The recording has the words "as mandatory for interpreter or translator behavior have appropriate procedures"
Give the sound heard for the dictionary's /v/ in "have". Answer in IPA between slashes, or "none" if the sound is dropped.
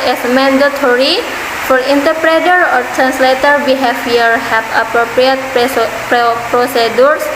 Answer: /b/